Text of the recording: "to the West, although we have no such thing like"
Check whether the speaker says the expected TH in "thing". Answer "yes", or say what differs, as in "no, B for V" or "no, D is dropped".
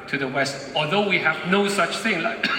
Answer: yes